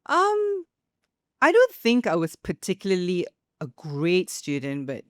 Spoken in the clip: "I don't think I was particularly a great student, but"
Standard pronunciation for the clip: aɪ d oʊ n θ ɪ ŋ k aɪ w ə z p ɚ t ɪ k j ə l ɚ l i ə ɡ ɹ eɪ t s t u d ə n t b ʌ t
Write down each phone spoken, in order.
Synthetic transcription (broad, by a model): aɪ d oʊ n θ ɪ ŋ k aɪ w ə z p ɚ t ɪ k j l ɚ l i ə ɡ ɹ eɪ t s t u d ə n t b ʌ t